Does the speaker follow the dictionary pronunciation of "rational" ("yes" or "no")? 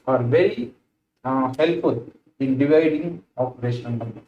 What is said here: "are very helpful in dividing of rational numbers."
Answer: no